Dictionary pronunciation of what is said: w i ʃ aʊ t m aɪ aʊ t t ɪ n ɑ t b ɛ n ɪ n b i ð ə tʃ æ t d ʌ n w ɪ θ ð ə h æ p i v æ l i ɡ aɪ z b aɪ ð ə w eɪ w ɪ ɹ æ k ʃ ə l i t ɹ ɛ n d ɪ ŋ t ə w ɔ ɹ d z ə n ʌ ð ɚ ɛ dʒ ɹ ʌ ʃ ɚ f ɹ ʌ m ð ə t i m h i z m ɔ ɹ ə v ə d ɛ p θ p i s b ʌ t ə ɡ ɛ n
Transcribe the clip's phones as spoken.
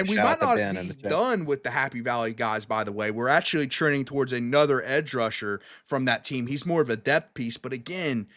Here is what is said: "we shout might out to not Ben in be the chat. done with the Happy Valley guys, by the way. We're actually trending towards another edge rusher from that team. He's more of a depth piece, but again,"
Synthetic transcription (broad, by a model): w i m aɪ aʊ ɪ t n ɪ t b i d ʌ n w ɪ ð ə h æ p i v æ l i ɡ aɪ z b aɪ ð ə w eɪ w ɪ ɹ æ k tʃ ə l i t ɹ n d ɪ ŋ t ə w ɔ ɹ d z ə n ʌ ð ɚ ɛ dʒ ɹ ʌ ʃ ɚ f ɹ ʌ m ð ə t i m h i z m ɔ ɹ ə v ə d ɛ p θ p i s b ʌ t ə ɡ ɛ n